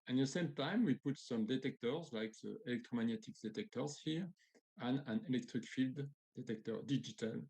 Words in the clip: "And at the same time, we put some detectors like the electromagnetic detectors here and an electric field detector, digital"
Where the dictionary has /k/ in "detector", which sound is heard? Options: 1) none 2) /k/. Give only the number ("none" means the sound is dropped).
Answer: 2